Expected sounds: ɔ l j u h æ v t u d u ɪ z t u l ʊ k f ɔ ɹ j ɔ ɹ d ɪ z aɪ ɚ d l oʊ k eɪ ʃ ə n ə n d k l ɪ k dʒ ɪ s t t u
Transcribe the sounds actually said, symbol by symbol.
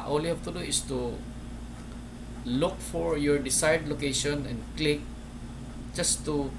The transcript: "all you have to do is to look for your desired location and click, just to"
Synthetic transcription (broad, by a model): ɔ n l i h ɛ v t u d u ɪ s t u l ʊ k f ɔ ɹ j ɔ ɹ d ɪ s aɪ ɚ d l oʊ k eɪ ʃ ə n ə n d k l ɪ k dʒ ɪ s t t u